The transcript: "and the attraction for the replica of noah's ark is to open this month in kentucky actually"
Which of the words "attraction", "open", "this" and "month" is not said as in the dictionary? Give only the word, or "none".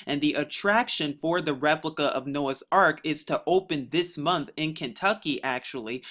none